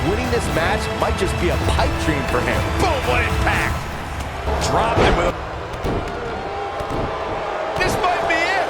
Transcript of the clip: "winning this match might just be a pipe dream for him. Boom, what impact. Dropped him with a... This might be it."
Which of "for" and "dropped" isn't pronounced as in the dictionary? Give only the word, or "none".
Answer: dropped